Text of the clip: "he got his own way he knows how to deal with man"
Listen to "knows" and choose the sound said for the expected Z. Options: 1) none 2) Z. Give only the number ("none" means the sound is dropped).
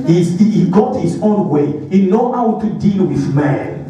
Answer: 1